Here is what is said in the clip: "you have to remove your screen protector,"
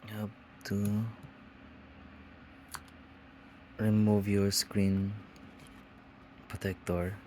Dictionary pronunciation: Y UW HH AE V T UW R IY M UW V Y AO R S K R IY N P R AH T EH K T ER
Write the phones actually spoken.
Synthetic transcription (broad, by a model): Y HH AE B T UW R IY M UW V Y AO R S K R IY N P R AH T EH K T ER